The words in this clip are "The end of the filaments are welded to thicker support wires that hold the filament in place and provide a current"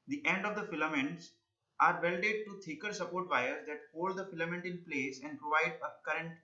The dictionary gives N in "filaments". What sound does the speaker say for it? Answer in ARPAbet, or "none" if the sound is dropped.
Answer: N